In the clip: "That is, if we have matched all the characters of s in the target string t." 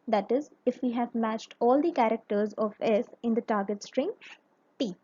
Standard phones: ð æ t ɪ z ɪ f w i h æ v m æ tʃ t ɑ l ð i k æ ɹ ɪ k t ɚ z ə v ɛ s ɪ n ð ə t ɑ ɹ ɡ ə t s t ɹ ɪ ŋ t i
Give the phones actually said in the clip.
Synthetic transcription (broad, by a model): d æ t ɪ z ɪ f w i h æ v m æ tʃ t ɑ l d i k æ ɹ ɪ k t ɚ z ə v ɛ s ɪ n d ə t ɑ ɹ ɡ ə t s t ɹ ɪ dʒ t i